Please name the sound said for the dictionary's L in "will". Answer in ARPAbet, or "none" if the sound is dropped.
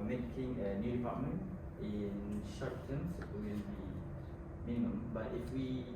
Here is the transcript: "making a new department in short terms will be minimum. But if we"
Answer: N